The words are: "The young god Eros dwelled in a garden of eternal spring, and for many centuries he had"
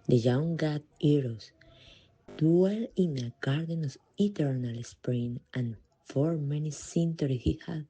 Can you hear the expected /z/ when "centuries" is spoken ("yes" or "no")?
no